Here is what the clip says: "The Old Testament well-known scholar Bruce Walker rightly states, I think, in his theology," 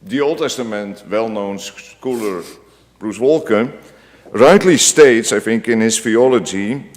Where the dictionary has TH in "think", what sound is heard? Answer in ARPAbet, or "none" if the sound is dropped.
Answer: F